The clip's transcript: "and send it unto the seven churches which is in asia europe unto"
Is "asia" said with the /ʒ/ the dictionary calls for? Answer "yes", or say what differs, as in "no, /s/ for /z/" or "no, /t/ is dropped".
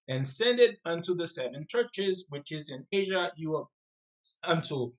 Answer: yes